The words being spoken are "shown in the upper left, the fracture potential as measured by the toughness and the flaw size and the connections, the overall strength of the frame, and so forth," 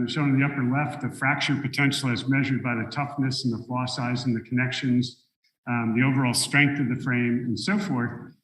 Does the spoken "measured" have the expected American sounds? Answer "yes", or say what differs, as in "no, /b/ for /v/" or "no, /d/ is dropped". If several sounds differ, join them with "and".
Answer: yes